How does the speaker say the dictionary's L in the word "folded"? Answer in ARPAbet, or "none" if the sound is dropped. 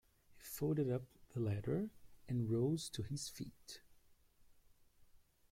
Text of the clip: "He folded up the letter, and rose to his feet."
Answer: none